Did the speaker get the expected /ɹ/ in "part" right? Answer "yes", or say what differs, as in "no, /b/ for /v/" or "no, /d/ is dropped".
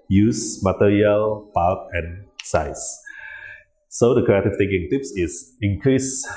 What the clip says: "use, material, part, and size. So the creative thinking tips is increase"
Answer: no, /l/ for /ɹ/